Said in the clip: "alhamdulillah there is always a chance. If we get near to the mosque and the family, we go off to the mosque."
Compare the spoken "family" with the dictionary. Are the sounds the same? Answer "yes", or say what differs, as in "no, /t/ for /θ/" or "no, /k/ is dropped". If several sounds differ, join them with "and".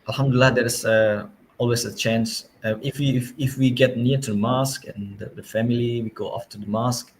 yes